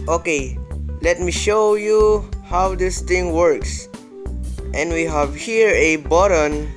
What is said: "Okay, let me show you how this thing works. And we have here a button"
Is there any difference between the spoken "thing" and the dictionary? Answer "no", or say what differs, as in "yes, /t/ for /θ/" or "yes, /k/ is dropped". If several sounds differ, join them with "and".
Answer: yes, /t/ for /θ/